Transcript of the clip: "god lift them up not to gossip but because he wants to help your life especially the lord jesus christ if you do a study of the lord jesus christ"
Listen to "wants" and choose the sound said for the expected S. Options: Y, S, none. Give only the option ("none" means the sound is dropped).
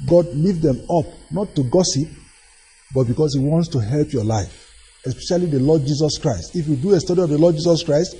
S